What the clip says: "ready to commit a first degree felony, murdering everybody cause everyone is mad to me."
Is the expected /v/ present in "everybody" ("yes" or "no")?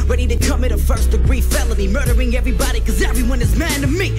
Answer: yes